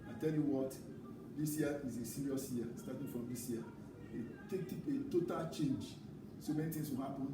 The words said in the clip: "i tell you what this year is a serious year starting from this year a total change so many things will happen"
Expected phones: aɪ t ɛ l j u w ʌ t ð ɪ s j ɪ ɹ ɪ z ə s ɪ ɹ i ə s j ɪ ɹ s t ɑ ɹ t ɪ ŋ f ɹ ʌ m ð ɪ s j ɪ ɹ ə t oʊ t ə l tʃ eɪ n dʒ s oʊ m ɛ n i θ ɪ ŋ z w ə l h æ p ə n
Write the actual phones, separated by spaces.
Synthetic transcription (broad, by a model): aɪ t ɛ l j u w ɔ t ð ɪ s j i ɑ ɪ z ə s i ɹ i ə s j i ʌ s t ɑ t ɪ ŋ f ɹ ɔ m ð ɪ s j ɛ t ə t oʊ t ə l tʃ eɪ n dʒ s oʊ m ɛ n i t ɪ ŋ s w ə l h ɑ p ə n